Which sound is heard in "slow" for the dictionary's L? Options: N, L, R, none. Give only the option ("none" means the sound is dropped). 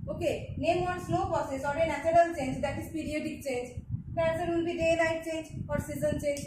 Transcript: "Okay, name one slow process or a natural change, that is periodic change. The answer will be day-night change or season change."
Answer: N